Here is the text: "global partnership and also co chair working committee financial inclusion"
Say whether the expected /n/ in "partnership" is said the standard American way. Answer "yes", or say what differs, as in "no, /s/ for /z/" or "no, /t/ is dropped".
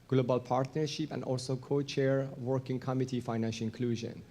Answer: yes